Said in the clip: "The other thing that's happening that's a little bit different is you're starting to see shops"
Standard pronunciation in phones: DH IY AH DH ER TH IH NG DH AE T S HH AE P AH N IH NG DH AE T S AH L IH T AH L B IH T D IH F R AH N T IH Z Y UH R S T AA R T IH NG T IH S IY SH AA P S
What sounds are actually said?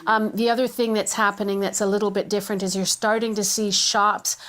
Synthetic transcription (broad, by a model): DH IY AH DH ER TH IH NG DH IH T S HH AE P AH N IH NG DH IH T S AH L IH T L B IH T D IH F R AH N T IH Z Y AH R S T AA R T IH NG T IH S IY SH AA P S